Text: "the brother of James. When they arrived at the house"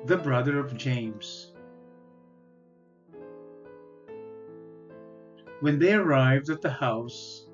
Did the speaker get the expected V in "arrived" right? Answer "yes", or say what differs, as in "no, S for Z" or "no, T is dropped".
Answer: yes